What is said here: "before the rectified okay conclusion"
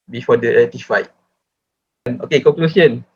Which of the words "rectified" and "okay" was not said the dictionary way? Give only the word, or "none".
rectified